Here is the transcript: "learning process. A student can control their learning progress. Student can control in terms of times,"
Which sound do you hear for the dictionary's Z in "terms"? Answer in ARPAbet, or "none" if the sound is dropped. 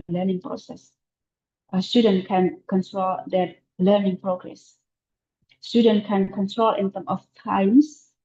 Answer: none